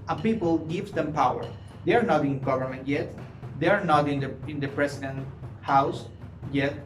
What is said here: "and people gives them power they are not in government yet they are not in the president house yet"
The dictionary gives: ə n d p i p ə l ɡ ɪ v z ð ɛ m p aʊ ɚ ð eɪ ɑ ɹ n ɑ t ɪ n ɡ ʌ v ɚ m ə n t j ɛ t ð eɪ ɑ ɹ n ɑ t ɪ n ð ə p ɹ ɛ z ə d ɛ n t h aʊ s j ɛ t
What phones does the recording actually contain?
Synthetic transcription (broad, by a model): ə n p i p ə l ɡ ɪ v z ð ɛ m p aʊ ɚ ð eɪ ɑ ɹ n ɑ t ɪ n ɡ ʌ v ɚ m ə n t j ɛ t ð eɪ ɑ ɹ n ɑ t ɪ n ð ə p ɹ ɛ s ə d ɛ n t h aʊ s j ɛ t